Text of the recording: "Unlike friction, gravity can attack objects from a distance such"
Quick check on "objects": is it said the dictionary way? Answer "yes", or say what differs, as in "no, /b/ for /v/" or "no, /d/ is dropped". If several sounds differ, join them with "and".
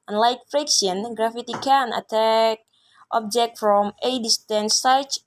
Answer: no, /s/ is dropped